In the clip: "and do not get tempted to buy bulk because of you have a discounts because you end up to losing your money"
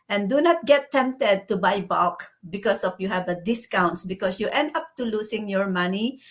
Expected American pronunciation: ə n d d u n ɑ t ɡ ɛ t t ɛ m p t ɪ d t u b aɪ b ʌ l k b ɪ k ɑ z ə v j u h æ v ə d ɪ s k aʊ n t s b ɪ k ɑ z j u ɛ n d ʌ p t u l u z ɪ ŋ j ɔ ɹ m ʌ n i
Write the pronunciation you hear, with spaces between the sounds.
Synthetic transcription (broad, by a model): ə n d d u n ɑ t ɡ ɛ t t ɛ m p t ɪ d t u b aɪ b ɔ k b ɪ k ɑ s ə f j u h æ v ə d ɪ s k aʊ n t s b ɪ k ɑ s j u ɛ n d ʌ p t u l u s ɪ ŋ j ɔ ɹ m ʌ n i